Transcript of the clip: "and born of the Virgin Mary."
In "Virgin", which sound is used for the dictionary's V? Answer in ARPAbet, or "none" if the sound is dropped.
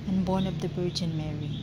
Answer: B